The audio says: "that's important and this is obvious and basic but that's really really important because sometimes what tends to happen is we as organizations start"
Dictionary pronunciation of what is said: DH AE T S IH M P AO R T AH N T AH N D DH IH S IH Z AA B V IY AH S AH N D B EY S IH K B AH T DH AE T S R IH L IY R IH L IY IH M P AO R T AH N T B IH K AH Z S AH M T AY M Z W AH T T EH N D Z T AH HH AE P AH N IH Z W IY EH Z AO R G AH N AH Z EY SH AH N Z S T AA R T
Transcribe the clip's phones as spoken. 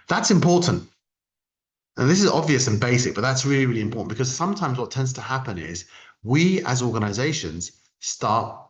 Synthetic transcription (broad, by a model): DH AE T S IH M P AO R T N T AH N DH IH S IH Z AA B V IY AH S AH N B EY S IH K B AH T DH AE T S R IH L IY R IH L IY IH M P AO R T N B IH K AH Z S AH M T AY M Z W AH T T EH N D Z T AH HH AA P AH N IH Z W IY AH Z AO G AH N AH Z EY SH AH N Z S T AA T